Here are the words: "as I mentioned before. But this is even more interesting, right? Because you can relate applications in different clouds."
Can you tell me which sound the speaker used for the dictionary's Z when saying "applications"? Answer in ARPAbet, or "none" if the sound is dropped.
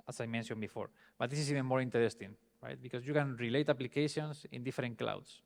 S